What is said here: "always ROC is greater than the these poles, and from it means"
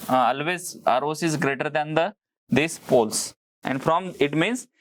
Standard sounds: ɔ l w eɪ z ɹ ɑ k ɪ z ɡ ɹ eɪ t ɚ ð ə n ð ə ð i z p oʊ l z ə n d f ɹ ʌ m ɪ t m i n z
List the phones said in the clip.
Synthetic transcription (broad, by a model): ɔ l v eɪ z ɹ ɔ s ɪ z ɡ ɹ eɪ t ɚ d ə n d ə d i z p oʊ l s ə n d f ɹ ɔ m ɪ t m i n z